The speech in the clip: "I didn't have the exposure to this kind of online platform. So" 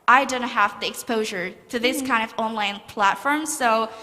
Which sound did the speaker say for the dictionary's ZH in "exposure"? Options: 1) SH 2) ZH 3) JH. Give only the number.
2